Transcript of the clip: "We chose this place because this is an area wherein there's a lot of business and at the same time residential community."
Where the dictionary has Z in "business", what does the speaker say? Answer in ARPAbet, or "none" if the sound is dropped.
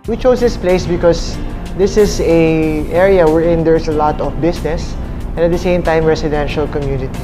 S